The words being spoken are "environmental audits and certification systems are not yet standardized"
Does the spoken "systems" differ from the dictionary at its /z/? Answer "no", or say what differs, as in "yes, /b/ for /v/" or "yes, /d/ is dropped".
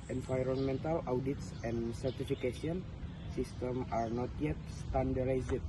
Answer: yes, /z/ is dropped